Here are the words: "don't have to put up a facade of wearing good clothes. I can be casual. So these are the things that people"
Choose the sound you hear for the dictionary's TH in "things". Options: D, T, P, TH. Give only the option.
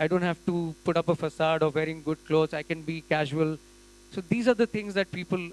T